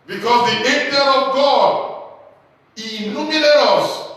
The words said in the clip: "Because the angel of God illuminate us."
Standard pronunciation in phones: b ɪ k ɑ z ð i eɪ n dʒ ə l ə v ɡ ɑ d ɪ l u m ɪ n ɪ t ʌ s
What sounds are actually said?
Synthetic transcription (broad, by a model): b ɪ k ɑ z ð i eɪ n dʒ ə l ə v ɡ ɑ d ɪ n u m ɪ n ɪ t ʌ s